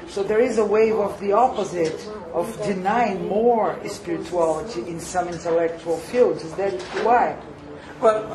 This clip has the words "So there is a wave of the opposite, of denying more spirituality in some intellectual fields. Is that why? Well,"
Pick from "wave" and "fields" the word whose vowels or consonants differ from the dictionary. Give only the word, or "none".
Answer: none